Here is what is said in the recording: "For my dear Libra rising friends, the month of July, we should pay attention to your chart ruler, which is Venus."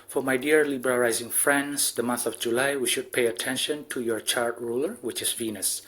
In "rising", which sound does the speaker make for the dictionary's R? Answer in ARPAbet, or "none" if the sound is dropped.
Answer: L